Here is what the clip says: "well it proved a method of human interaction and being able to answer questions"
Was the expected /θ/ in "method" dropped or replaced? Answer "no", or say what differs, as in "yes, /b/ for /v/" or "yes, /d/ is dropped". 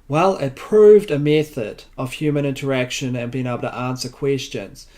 no